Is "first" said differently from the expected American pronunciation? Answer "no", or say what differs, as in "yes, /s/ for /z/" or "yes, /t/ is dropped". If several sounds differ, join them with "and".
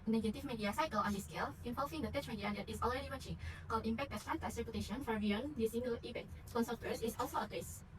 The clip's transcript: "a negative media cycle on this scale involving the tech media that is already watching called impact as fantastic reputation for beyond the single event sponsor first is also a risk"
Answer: yes, /t/ is dropped